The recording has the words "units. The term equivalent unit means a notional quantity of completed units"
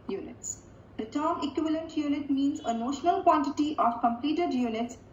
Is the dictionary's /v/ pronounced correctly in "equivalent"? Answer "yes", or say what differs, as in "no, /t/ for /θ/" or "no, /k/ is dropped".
yes